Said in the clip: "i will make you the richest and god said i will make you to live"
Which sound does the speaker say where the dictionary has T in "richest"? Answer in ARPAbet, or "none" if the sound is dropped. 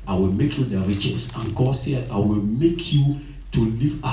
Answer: none